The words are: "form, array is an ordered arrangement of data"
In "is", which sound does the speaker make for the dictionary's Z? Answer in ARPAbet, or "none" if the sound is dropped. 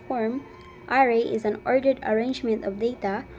Z